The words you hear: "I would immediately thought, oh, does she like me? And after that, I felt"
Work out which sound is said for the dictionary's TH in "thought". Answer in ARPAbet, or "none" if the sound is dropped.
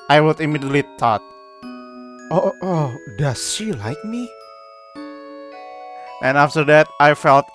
T